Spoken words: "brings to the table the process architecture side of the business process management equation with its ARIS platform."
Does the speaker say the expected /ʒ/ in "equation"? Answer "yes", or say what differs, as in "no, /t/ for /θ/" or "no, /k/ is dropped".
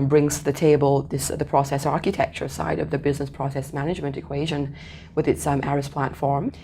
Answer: yes